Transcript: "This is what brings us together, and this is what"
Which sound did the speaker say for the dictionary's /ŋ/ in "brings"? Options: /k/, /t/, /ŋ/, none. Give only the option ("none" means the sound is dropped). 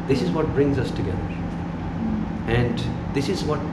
/ŋ/